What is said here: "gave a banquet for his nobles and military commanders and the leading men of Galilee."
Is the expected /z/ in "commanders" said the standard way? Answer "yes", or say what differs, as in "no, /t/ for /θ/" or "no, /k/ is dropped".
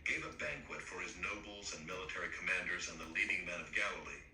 yes